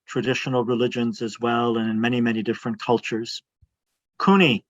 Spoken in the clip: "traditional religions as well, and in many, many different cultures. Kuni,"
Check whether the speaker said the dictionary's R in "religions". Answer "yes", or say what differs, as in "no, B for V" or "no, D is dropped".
yes